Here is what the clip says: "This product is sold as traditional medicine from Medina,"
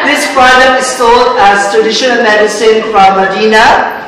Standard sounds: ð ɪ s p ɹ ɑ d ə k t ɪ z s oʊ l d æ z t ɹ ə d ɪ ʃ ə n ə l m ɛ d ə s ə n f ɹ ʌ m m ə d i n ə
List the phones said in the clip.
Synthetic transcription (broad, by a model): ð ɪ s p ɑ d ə t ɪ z s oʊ l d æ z t ɹ ə d ɪ ʃ ə n ə l m ɛ d ə s ə n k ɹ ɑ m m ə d i n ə